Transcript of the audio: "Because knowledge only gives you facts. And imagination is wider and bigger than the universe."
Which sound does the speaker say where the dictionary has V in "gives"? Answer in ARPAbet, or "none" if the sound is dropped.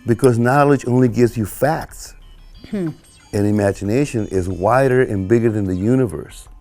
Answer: V